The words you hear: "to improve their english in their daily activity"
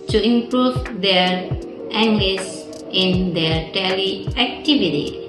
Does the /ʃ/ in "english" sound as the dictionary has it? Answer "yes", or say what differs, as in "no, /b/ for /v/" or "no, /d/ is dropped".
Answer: no, /s/ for /ʃ/